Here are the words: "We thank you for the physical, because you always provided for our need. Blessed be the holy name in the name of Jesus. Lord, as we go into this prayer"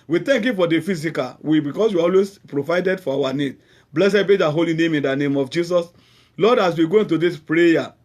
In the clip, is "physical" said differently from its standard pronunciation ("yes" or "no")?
yes